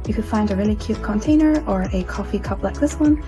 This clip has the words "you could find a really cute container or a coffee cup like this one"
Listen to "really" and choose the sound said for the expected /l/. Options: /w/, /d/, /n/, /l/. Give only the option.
/n/